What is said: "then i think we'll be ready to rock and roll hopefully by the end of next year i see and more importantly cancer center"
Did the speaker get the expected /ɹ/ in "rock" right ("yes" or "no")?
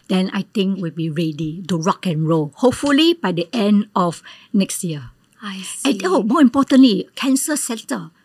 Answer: yes